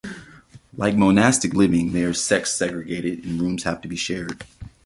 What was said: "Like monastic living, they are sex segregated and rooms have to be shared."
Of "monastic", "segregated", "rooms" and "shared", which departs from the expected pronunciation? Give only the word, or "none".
none